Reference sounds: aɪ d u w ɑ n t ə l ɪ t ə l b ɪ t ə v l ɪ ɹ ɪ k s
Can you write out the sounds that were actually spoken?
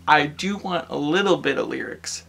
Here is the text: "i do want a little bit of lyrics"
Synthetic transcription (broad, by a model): aɪ d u w ɑ n t ə l ɪ t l b ɪ t ə v l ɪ ɹ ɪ k s